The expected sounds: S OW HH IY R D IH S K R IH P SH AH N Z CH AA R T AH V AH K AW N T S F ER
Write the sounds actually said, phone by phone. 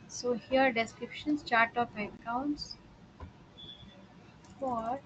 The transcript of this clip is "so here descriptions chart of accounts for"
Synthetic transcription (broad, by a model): S OW HH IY R D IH S K R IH P SH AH N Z CH AA R T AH P AH K AW N T S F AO